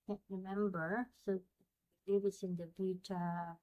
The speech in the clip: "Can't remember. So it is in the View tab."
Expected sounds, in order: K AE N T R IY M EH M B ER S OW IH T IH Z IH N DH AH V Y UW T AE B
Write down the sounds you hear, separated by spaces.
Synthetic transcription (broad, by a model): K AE N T R IY M EH M B ER S OW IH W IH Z IH N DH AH B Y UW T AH